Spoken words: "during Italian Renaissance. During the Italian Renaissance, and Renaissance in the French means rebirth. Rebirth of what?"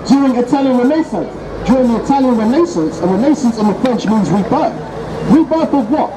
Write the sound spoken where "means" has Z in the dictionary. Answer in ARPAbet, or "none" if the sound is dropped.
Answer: Z